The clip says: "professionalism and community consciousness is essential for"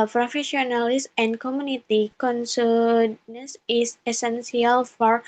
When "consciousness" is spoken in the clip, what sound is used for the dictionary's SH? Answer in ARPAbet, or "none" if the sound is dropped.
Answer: S